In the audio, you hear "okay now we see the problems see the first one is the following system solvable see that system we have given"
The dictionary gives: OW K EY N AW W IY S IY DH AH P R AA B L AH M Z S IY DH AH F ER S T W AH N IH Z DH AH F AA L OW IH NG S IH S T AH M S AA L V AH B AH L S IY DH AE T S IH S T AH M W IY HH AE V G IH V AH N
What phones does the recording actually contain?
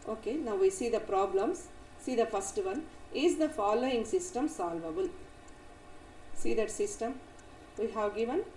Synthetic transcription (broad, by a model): OW K EY N AW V IY S IY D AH P R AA B L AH M S IY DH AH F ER S T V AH N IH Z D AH F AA L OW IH NG S IH S T AH M S AA L V AH B AH L S IY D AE T S IH S T AH M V IY HH AE V G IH V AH N